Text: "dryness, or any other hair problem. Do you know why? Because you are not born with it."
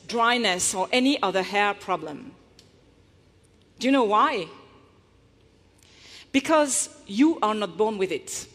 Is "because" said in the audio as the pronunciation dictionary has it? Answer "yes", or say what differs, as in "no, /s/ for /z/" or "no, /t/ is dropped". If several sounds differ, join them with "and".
yes